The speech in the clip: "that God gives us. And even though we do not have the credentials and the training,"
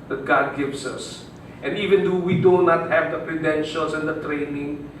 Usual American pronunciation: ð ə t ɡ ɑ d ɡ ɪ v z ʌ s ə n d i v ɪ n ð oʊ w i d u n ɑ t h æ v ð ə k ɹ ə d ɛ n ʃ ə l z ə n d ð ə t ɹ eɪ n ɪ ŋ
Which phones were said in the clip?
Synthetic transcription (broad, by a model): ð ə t ɡ ɑ d ɡ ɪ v s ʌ s ə n d i v ɪ n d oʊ w i d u n ɑ t h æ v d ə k ɹ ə d ɛ n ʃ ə l s ə n d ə t ɹ eɪ n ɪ ŋ